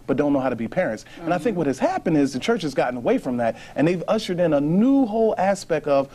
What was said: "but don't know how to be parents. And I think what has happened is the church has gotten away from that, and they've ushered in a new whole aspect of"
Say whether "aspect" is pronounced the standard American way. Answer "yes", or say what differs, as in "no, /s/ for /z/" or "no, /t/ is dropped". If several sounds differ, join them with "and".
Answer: yes